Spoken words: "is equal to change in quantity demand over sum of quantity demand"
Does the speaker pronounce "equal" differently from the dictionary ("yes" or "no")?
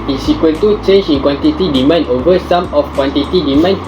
yes